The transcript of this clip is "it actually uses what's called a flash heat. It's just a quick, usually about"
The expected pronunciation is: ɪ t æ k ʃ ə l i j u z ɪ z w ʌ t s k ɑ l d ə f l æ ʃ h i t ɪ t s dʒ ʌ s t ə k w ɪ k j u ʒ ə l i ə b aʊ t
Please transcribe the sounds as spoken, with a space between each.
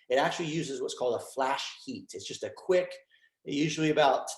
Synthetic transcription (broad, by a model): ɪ t æ k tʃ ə l i j u z ɪ z w ʌ t s k ɑ l d ə f l æ ʃ h i t ɪ t s dʒ ʌ s t ə k w ɪ k j u ʒ l i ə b aʊ t